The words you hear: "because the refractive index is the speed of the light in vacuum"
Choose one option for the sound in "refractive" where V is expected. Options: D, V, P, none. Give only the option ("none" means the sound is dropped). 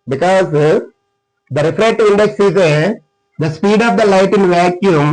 none